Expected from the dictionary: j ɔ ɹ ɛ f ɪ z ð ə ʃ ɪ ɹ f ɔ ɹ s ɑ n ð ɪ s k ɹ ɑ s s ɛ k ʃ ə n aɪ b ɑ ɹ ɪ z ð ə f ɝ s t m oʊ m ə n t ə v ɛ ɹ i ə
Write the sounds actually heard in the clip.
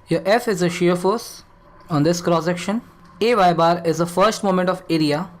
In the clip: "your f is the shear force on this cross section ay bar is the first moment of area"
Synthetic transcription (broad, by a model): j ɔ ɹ ɛ f ɪ z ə ʃ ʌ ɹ f ɔ ɹ s ɑ n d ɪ s k ɹ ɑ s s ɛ k ʃ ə n aɪ b ɑ ɹ ɪ z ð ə f ɝ s t m oʊ m ə n t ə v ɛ ɹ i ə